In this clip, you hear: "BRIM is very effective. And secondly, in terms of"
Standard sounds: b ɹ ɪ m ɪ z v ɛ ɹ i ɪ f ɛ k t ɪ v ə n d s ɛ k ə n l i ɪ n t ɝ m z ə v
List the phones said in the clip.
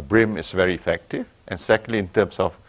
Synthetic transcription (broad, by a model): b ɹ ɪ m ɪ s v ɛ ɹ i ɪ f ɛ k t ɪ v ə n s ɛ k ə n l i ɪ n t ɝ m s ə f